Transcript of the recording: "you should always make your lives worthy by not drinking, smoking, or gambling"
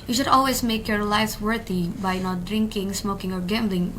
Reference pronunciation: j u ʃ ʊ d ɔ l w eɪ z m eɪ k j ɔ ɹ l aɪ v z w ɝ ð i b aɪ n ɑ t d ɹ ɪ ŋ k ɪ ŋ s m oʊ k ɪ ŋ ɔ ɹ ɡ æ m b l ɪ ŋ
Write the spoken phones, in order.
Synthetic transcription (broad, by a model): j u ʃ ʊ d ɔ l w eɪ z m eɪ k j ɔ ɹ l aɪ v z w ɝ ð i b aɪ n ɑ t d ɹ ɪ ŋ k ɪ ŋ s m oʊ k ɪ ŋ ɔ ɹ ɡ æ m b l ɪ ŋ